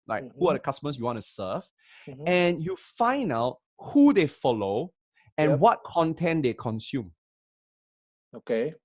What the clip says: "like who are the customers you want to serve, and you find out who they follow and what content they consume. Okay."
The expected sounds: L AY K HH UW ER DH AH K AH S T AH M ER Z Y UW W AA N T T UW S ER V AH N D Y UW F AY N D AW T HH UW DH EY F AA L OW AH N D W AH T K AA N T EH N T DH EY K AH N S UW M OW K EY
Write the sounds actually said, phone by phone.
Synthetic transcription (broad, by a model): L AY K HH UW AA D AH K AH S T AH M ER S Y UW W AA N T T UW S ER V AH N Y UW F AY N AW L HH UW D EY F AA L OW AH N W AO T K AA N T EH N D EY K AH N S UW M OW K EY